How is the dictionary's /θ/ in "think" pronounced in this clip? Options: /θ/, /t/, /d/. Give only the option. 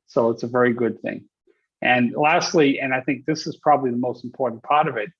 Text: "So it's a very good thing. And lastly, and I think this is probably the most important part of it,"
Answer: /θ/